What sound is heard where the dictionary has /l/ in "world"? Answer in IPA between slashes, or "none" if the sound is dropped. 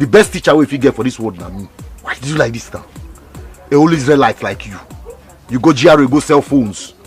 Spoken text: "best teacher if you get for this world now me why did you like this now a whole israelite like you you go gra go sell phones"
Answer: none